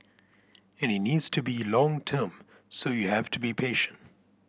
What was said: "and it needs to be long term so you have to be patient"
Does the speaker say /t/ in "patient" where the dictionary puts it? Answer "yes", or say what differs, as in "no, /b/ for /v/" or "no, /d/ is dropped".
yes